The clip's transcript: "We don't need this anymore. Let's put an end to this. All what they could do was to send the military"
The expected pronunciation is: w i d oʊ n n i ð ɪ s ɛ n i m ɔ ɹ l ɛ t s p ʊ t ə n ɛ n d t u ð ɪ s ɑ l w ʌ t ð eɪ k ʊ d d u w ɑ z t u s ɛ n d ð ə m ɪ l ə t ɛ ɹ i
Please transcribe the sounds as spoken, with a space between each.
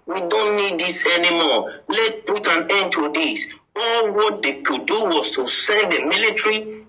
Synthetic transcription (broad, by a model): w i d oʊ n n i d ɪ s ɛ n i m ɔ l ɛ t p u t ə n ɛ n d t u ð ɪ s ɑ l w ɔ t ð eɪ k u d d u w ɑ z t u s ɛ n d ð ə m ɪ l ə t ɹ i